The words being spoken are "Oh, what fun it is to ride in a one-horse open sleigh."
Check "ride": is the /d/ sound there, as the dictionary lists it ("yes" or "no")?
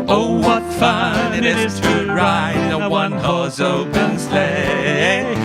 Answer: no